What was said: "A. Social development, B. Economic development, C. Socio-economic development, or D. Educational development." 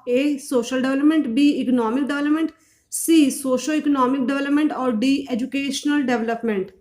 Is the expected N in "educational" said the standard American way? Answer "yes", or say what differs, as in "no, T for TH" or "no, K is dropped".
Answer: yes